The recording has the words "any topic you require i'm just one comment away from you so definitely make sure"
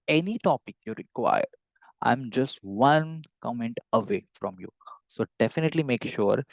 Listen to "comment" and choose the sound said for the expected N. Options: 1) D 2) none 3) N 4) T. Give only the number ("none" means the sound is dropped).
3